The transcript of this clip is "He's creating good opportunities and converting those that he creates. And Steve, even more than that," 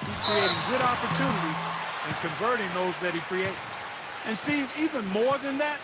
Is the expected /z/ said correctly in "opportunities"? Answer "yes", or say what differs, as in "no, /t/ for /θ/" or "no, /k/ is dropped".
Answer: no, /z/ is dropped